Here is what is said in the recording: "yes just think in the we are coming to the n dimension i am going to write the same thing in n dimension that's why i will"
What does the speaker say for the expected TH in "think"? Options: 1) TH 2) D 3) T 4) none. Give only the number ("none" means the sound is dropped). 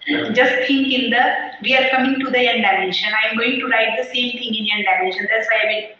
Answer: 3